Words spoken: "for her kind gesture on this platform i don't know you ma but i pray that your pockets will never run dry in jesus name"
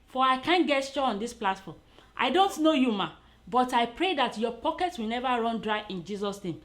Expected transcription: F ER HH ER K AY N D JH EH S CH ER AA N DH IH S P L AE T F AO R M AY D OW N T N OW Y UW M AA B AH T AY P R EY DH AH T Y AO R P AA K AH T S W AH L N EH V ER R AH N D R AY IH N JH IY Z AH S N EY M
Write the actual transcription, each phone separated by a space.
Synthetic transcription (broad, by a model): F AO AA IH K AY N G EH CH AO AA N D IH S P L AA T F AO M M AY D OW N T N OW Y UW M AA B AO T AY P R EY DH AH T Y AO P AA K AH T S W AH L N EH V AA R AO N D R AY IH N JH IY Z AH S N EY M